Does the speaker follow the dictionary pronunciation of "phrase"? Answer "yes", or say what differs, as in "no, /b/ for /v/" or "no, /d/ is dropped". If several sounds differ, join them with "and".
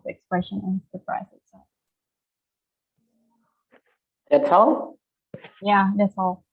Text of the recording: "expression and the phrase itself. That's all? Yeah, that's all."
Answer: no, /p/ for /f/